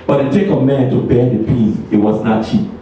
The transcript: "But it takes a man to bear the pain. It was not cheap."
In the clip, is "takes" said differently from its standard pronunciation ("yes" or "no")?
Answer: yes